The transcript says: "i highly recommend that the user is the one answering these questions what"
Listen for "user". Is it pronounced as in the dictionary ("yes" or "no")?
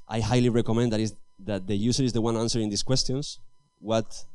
no